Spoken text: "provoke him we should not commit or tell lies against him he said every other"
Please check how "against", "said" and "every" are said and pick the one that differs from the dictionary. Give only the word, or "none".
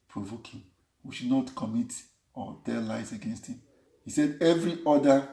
none